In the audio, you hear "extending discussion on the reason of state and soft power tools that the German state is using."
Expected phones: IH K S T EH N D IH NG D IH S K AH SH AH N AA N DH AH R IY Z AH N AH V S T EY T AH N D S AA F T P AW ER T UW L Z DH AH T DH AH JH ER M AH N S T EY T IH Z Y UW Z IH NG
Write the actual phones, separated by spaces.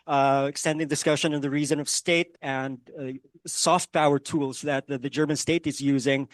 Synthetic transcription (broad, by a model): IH K S T EH N D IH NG D IH S K AH SH AH N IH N DH AH R IY Z AH N AH V S T EY T AH N D S AA F T P AW ER T UW L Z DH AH T DH AH JH ER M AH N S T EY T IH Z Y UW Z IH NG